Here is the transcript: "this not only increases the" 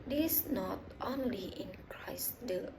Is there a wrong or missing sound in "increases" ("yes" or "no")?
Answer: yes